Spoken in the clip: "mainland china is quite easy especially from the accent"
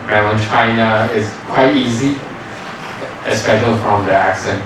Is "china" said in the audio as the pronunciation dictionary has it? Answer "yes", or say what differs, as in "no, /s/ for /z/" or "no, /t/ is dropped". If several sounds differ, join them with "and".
yes